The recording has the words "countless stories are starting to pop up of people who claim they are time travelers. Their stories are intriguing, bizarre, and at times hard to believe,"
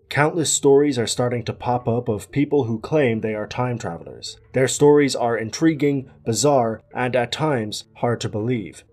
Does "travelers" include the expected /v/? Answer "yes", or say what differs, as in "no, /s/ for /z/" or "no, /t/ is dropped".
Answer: yes